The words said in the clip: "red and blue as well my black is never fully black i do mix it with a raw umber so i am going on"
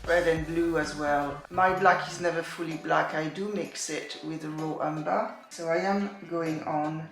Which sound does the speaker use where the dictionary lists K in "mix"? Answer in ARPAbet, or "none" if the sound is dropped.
K